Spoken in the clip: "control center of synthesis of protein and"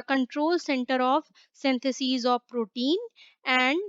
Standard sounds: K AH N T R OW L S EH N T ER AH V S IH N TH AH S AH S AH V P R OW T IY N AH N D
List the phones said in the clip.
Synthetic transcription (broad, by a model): K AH N T R OW L S EH N T ER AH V S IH N T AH S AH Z AH V P R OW T IY N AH N D